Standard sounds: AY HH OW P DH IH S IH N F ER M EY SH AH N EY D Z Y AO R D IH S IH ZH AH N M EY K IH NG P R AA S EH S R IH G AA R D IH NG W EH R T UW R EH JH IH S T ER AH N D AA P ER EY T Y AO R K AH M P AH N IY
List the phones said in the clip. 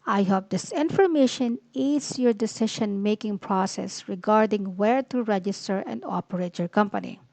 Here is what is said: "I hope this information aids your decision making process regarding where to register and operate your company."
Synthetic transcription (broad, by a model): AY HH OW P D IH S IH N F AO M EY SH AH N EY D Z Y AO R D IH S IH SH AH N M EY K IH NG P R AA S EH S R IH G AA R D IH NG W EH R T UW R EH JH IH S T ER AH N D AA P ER EY T Y AO R K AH M P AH N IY